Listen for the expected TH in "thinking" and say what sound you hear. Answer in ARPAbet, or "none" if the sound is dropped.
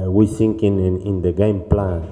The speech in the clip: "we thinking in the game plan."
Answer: S